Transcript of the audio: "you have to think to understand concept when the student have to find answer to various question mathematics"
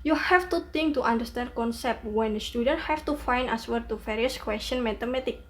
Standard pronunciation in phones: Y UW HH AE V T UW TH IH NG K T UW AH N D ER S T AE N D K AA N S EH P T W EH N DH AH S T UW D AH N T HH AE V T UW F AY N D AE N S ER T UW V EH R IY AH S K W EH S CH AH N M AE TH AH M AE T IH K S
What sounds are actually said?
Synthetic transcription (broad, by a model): Y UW HH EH F T UW T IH NG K T UW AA N D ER S T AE N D K AA N S EH P T W EH N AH S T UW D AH N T HH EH F T UW F AY N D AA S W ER T UW F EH R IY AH S K W EH S CH AH N M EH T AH M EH T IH K